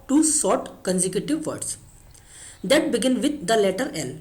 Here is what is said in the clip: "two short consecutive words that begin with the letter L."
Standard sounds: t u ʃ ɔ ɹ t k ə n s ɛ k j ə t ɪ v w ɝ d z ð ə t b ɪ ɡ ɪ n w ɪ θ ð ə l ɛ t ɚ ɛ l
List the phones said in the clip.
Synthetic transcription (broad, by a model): t u s ɔ ɹ t k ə n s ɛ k j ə t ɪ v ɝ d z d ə t b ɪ ɡ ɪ n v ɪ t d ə l ɛ t ɚ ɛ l